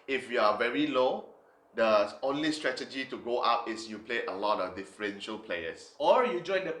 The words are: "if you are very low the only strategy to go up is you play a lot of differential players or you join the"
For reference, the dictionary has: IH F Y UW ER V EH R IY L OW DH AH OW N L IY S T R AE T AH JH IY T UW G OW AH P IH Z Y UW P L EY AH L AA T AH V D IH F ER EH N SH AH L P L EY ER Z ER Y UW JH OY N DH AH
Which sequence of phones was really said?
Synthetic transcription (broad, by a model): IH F Y UW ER V EH R IY L OW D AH OW N L IY S T R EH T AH JH IY T UW G OW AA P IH S Y UW P L EY AH L AA T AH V D IH F ER EH N SH AH L P L EY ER S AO Y UW JH OY N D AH